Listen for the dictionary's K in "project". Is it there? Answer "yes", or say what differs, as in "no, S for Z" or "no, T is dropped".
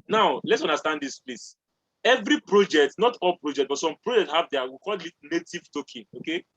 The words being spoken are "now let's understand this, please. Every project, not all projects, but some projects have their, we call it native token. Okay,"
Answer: yes